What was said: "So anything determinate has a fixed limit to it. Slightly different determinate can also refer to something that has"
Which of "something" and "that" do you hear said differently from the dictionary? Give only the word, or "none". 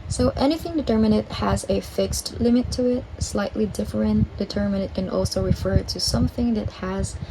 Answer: none